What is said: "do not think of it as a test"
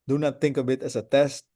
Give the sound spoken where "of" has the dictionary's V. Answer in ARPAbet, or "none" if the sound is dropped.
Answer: B